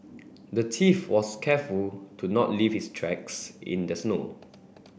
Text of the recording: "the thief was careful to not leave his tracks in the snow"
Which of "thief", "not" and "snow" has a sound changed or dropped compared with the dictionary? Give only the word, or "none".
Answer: thief